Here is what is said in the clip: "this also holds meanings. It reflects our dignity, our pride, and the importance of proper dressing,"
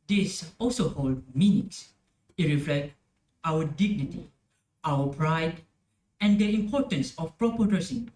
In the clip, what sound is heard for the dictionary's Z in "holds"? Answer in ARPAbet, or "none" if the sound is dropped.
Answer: none